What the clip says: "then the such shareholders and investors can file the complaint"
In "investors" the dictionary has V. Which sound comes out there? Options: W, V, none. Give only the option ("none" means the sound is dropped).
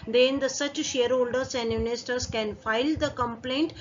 none